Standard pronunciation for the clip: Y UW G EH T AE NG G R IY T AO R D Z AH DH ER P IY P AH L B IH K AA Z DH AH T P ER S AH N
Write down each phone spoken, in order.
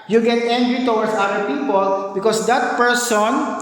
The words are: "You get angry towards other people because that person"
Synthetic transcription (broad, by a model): Y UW G EH T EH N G R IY T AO W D S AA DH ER P IY P AH L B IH K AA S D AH T P ER S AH N